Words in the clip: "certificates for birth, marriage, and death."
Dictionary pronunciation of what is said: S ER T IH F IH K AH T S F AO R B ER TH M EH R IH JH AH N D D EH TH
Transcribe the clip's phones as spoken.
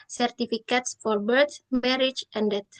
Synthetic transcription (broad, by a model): S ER T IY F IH K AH T S F AO R B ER S M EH R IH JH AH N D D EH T